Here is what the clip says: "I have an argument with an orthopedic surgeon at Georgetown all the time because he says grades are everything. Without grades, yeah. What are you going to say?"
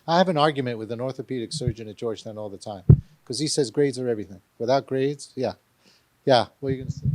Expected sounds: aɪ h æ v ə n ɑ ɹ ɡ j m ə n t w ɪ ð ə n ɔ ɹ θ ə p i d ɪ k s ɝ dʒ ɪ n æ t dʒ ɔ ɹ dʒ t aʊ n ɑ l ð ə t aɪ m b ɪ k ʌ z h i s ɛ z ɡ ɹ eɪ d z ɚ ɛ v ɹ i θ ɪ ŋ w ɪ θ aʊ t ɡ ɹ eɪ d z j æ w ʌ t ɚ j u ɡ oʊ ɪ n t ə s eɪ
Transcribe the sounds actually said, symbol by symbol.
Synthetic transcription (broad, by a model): aɪ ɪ v ə n ɑ ɹ ɡ j m ə n t w ɪ ð ə n ɔ ɹ θ ə p i d ɪ k s ɝ dʒ ɪ n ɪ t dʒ ɔ ɹ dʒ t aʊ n ɑ l ð ə t aɪ m k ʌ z i s ɛ z ɡ ɹ eɪ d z ɚ ɛ v ɹ i θ ɪ ŋ w ɪ θ aʊ t ɡ ɹ eɪ d z j æ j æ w ɚ j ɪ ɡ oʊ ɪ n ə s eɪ